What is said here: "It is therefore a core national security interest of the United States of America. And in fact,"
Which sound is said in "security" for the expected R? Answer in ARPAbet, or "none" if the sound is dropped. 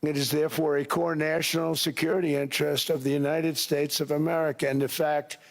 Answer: R